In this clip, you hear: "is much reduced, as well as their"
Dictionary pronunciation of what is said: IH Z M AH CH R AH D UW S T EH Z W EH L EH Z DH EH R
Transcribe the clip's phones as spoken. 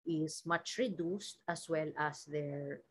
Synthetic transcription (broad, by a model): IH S M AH CH R AH D UW S T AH S W EH L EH S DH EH R